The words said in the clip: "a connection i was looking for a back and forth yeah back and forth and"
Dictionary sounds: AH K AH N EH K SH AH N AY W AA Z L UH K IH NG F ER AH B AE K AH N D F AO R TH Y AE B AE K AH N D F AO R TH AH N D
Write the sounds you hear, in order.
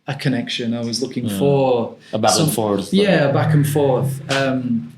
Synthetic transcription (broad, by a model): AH K AH N EH K SH AH N AY W AA Z L UH K IH NG F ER AH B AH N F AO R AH Y AE B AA K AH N F AO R TH AH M